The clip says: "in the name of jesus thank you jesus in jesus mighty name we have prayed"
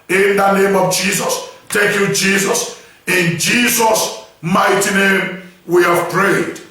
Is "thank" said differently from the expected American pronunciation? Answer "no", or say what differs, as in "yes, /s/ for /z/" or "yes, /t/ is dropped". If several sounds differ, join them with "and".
yes, /t/ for /θ/ and /ŋ/ is dropped